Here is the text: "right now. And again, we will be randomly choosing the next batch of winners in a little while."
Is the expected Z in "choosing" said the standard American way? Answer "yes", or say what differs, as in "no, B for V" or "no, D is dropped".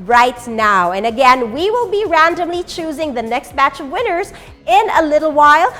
yes